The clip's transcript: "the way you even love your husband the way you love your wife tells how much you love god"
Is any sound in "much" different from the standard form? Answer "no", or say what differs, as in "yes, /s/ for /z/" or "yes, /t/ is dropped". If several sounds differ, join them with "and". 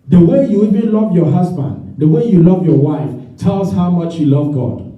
no